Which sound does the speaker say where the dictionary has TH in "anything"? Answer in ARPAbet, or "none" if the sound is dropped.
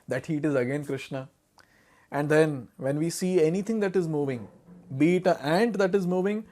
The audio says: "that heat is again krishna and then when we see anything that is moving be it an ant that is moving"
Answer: T